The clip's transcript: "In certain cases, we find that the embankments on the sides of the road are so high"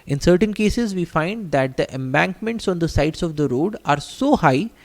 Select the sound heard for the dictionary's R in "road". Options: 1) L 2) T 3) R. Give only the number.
3